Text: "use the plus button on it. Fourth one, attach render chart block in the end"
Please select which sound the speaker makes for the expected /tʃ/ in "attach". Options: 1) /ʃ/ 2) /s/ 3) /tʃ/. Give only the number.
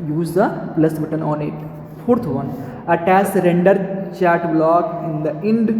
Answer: 2